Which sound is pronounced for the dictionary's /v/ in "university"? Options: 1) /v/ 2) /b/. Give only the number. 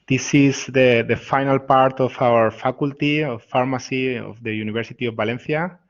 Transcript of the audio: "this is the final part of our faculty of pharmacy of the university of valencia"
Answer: 2